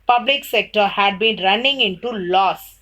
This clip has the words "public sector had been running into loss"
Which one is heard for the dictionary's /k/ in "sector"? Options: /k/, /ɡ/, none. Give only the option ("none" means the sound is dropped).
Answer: /k/